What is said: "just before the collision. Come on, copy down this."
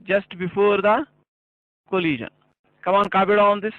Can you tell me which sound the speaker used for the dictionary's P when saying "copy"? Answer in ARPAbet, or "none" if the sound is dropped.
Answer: B